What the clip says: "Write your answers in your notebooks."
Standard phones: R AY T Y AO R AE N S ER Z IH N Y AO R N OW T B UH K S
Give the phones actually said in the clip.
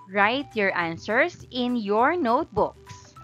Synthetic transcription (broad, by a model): R AY T Y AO R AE N S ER S IH N Y AO R N OW T B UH K S